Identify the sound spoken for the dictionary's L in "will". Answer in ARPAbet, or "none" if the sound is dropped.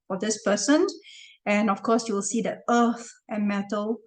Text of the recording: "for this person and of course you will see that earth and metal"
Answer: L